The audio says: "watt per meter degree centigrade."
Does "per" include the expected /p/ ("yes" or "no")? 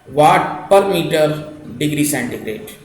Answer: yes